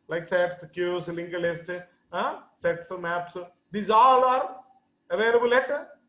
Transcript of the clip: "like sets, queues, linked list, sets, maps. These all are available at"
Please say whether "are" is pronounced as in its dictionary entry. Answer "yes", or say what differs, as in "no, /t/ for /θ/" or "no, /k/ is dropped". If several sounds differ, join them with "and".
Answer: yes